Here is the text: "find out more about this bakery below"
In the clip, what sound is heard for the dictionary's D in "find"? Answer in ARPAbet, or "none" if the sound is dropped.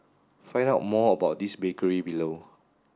none